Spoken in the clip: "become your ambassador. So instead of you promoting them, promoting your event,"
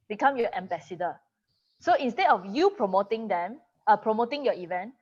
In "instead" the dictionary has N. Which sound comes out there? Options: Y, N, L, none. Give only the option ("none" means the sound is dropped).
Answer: N